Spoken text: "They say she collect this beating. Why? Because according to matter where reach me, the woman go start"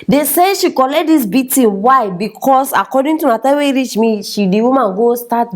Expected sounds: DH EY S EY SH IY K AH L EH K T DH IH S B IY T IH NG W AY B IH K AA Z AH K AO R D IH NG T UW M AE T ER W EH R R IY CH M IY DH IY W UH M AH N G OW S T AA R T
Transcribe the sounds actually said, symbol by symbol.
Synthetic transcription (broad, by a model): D EY S EY SH IY K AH L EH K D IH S B IY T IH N W AY B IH K AA S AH K AO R D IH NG T UW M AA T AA W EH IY R IY CH M IY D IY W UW M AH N G OW S T AA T